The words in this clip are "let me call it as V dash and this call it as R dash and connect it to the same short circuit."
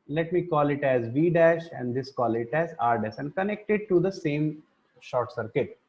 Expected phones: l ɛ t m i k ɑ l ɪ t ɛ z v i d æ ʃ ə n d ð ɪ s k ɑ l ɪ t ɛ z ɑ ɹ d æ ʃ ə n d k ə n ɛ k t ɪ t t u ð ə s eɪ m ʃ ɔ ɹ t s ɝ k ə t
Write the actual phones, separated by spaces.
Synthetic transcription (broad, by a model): l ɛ t m i k ɑ l ɪ t ɛ z v i d æ ʃ ə n d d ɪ s k ɑ l ɪ t ɛ z ɑ ɹ d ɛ s ə n d k ə n ɛ k t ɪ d t u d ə s eɪ m ʃ ɔ ɹ t s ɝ k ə t